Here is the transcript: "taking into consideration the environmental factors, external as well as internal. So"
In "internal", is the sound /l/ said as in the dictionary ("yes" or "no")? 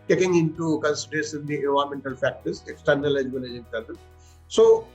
no